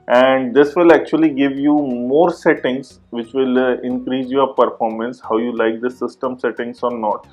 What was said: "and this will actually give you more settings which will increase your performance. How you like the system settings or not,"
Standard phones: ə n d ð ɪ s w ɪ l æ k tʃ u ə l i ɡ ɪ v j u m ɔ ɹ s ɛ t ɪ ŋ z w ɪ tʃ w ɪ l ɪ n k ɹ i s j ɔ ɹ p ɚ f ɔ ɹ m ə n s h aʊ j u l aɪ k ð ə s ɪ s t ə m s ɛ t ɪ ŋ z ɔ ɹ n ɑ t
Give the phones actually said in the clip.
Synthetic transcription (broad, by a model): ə n d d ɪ s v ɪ l æ k tʃ u ə l i ɡ ɪ v j u m ɔ ɹ s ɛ t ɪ ŋ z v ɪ tʃ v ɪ l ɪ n k ɹ i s j ɔ ɹ p ɚ f ɔ ɹ m ə n s h aʊ j u l aɪ k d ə s ɪ s t ə m s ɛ t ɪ ŋ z ɔ ɹ n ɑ t